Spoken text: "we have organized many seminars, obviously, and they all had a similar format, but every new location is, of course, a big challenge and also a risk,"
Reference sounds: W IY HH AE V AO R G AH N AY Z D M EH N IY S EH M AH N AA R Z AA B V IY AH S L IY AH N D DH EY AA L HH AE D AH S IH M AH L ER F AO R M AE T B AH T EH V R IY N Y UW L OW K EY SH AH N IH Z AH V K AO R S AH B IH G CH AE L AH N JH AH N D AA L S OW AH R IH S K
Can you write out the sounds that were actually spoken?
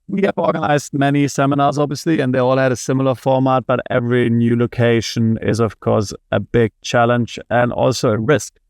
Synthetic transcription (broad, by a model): W IY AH V AO R G AH N AY Z D M EH N IY S EH M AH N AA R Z AA B V IY AH S L IY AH N DH EY AA L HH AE D AH S IH M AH L ER F AO R M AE T B AH T EH V R IY N Y UW L OW K EY SH AH N IH Z AH V K AO R S AH B IH G CH AE L AH N JH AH N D AA L S OW AH R IH S K